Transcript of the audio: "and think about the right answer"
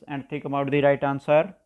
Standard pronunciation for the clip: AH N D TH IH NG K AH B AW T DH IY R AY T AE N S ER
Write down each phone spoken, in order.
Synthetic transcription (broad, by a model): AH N D T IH K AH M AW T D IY R AY T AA N S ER